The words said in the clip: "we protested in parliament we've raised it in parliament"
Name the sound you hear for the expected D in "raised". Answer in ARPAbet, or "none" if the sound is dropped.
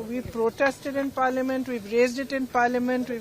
D